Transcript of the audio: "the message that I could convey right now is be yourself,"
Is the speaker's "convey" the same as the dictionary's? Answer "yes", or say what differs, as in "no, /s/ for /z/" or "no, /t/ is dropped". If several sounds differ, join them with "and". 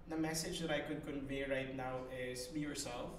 yes